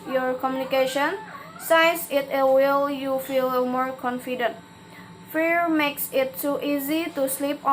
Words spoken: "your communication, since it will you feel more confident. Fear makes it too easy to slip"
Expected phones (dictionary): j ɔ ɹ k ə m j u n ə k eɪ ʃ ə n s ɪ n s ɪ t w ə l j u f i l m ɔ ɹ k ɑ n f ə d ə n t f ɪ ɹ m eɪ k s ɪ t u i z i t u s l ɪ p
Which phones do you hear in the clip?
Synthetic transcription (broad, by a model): j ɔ ɹ k ə m j u n ə k eɪ ʃ ə n s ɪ s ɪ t w ə l j u f i l m ɔ ɹ k ɑ n f ə d ə n t f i ɹ m eɪ k s ɪ t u i z i t u s l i p